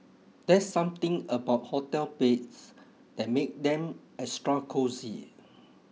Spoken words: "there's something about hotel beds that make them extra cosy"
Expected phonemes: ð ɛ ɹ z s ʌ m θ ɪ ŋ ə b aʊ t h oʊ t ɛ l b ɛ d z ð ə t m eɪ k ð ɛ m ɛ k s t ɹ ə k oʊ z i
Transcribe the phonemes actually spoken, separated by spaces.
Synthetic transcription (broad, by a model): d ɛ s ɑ m t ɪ ŋ ə b aʊ t h oʊ t ɛ l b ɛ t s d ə t m eɪ k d ɛ m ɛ s t ɹ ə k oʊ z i